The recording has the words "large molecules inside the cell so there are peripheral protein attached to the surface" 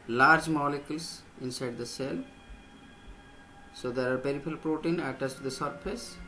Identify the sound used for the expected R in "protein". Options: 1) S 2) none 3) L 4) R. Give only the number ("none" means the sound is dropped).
4